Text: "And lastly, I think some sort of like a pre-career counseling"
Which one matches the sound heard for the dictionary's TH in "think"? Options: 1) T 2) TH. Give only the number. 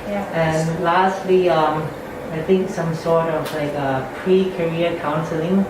2